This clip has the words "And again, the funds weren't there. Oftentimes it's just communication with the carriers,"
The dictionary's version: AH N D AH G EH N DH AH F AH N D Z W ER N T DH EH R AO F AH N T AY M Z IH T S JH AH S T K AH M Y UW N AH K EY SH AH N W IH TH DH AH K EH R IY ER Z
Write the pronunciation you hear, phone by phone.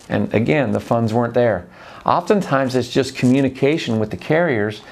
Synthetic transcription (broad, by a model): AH N AH G EH N DH AH F AH N D Z W ER N DH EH R AO F AH N T AY M Z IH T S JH AH S K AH M Y UW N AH K EY SH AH N W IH DH AH K EH R IY ER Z